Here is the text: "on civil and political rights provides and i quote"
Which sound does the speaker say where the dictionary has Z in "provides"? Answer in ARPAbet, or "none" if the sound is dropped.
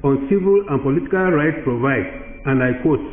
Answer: none